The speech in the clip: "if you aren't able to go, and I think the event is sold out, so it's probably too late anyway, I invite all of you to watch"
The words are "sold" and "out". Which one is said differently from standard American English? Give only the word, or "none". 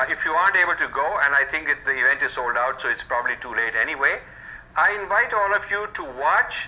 none